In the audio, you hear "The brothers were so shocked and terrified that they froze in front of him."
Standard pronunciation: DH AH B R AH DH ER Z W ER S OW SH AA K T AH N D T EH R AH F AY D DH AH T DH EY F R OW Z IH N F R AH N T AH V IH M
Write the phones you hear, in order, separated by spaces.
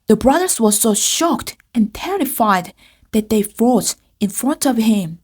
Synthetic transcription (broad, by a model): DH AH B R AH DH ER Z W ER S OW SH AA K T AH N T EH R AH F AY D DH AH T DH EY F OW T IH N F R AH N T AH V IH M